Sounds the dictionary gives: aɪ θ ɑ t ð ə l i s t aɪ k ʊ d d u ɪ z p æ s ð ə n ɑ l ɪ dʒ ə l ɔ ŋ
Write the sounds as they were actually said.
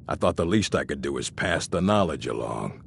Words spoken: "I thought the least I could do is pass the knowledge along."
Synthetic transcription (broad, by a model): aɪ θ ɑ t ð ə l i s t aɪ k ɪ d d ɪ ɪ z p æ s ð ə n ɑ l ɪ dʒ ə l ɔ ŋ